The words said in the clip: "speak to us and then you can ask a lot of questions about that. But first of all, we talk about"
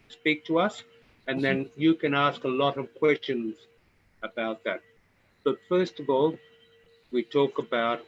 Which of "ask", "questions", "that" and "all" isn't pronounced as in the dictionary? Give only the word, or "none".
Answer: none